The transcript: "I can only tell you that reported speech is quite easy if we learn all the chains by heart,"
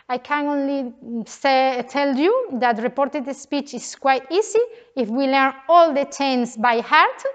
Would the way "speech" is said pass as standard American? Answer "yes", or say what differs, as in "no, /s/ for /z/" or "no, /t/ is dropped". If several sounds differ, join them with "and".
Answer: yes